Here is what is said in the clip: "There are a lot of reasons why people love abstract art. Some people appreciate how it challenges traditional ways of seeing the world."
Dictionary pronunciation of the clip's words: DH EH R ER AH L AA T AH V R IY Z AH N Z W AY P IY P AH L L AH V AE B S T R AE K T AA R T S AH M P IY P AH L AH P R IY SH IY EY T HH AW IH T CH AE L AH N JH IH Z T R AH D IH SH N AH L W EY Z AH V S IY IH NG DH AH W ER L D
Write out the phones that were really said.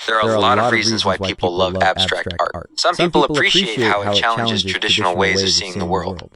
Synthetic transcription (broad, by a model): DH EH R ER AH L AA T AH V R IY Z AH N Z W AY P IY P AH L L AH V AE B S T R AE K T AA R T S AH M P IY P L AH P R IY SH IY EY T HH AW IH T CH AE L AH N JH IH Z T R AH D IH SH N L W EY Z AH V S IY IH NG DH AH W ER L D